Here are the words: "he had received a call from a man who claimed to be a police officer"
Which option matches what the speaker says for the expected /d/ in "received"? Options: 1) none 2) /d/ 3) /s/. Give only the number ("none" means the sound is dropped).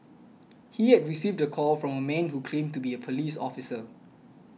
2